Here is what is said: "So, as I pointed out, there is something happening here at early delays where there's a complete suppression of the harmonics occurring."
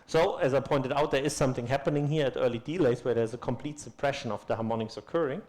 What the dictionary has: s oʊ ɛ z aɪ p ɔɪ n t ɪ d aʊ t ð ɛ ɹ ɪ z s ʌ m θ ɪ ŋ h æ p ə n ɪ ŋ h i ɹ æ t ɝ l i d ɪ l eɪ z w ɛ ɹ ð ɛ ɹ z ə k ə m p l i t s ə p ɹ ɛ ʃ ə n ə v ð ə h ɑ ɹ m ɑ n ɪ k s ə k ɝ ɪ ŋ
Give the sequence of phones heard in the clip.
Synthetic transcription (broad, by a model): s oʊ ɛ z aɪ p ɔɪ n t ɪ d aʊ t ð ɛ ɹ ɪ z s ʌ m θ ɪ ŋ h æ p ə n ɪ ŋ h i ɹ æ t ɝ l i d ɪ l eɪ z w ɛ ɹ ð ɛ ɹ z ə k ə m p l i t s ə p ɹ ɛ ʃ ə n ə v ð ə h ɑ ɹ m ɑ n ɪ k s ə k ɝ ɪ ŋ